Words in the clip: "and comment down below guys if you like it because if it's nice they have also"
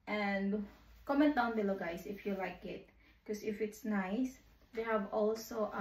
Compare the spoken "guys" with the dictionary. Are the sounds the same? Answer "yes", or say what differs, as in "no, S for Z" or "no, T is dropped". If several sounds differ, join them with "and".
no, S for Z